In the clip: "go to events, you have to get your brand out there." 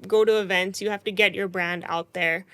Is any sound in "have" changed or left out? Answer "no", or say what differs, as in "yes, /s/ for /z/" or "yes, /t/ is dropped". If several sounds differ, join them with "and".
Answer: yes, /f/ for /v/